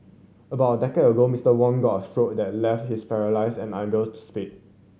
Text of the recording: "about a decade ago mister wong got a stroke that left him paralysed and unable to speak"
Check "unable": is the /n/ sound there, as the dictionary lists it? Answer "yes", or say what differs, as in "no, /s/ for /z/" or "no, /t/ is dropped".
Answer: no, /n/ is dropped